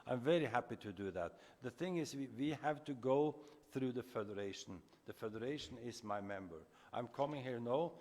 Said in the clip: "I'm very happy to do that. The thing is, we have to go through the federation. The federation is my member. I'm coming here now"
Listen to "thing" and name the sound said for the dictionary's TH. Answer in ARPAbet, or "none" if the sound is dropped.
TH